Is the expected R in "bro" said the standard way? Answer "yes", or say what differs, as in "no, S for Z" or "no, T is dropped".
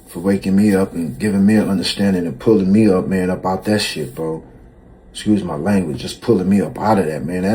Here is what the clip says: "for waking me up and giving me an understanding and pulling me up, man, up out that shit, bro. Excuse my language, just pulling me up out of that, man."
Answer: no, R is dropped